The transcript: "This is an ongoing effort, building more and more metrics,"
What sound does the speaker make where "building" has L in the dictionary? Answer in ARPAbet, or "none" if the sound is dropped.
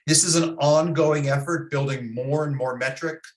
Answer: L